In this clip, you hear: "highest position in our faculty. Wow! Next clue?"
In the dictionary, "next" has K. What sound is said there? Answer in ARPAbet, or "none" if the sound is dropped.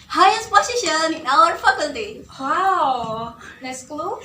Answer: none